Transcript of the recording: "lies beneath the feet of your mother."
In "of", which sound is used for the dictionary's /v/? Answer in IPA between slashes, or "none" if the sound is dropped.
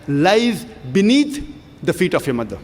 /f/